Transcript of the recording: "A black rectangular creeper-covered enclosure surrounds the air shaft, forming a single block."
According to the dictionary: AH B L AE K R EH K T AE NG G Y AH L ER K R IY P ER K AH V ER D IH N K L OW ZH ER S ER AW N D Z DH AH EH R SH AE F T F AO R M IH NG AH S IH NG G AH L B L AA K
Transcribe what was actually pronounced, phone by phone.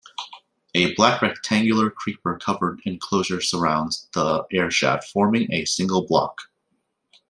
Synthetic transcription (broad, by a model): AH B L AE K R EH K T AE NG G Y L ER K R IY P ER K AH V ER D IH N K L OW ZH ER S ER AW N D Z DH AH EH R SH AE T F AO R M IH NG AH S IH NG G L B L AA K